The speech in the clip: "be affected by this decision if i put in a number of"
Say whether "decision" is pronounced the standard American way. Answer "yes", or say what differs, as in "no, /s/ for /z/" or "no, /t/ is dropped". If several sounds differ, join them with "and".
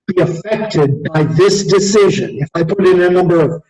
yes